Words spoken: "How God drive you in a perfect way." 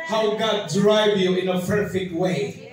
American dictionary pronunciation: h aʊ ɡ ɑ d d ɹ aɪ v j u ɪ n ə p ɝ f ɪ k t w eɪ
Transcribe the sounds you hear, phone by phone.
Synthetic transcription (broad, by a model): h aʊ ɡ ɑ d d ɹ aɪ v j u ɪ n ə p ɝ f ɪ k t w eɪ